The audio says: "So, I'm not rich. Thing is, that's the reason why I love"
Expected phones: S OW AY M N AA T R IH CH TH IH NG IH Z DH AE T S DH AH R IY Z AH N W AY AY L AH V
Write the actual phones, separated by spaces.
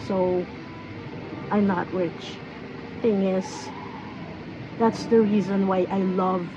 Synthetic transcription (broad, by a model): S OW AY M N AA T R IH CH TH IH NG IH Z DH AE T S DH AH R IY Z AH N W AY AY L AH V